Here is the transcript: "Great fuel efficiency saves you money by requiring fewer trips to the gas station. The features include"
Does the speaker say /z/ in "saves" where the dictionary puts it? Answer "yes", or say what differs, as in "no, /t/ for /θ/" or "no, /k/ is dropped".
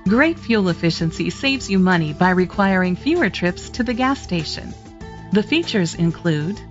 yes